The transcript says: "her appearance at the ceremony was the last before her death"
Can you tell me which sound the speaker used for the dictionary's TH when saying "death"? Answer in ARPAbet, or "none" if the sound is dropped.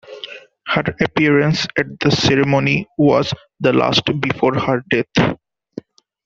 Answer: T